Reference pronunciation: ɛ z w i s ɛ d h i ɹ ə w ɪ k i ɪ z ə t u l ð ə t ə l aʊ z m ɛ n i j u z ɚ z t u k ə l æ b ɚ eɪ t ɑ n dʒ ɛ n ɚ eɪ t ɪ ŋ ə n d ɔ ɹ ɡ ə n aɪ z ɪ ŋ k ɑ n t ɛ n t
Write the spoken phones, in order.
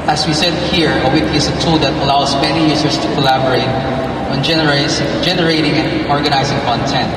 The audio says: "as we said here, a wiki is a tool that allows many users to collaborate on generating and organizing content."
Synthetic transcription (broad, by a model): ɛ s w i s ɛ d h i ɹ ə w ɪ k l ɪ s ə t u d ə t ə l aʊ s m ɛ n i j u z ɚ s t u k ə l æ b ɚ eɪ t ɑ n dʒ ɛ n ɚ eɪ t ɪ ŋ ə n ɔ ɹ ɡ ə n aɪ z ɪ ŋ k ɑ n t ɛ n t